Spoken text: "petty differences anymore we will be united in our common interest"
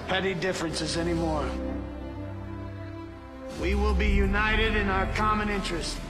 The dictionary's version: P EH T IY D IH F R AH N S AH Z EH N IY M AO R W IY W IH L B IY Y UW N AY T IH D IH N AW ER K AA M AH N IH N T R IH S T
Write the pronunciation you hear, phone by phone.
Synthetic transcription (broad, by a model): P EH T IY D IH F R AH N S AH Z EH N IY M AO R W IY W IH L B IY Y UW N AY T IH D IH N AW ER K AA M AH N IH N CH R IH S T